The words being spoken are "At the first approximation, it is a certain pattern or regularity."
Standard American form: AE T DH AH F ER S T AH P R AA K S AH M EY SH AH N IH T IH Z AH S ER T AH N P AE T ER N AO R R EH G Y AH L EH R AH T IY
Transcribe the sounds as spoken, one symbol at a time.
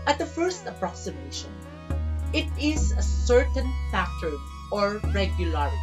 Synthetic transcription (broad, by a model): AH T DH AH F ER S T AH P R AA K S AH M EY SH AH N IH T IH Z AH S ER T AH N F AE T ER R AO R R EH G Y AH L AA R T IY